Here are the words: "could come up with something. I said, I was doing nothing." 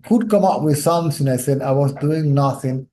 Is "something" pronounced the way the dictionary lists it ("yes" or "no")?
no